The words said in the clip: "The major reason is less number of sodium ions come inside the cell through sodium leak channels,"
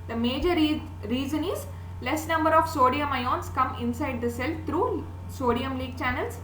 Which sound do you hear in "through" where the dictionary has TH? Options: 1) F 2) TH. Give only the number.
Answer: 1